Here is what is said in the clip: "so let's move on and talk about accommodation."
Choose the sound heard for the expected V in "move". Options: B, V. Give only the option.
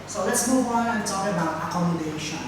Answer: B